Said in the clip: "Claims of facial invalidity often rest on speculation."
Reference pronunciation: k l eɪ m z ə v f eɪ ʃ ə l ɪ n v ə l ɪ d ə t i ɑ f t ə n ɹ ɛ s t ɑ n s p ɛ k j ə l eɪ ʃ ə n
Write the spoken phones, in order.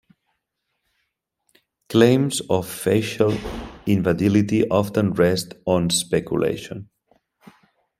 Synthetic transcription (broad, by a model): k l eɪ m z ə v f eɪ ʃ ə l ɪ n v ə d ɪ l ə t i ɑ f t ə n ɹ ɛ s t ɑ n s p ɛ k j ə l eɪ ʃ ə n